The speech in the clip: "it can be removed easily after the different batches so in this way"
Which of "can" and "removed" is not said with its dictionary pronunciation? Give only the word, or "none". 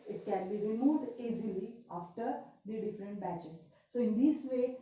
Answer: none